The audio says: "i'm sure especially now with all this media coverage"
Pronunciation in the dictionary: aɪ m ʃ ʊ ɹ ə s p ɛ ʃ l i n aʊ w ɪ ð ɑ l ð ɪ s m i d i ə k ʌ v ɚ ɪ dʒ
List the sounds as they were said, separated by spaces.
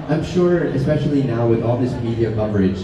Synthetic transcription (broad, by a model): aɪ m ʃ ʊ ɹ ə s p ɛ ʃ l i n aʊ w ɪ ð ɑ l ð ɪ s m i d i ə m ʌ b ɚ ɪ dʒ